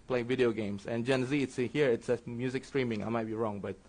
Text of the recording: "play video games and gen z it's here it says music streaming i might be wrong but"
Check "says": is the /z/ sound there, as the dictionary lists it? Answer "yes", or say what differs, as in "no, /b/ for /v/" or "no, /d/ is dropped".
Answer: no, /z/ is dropped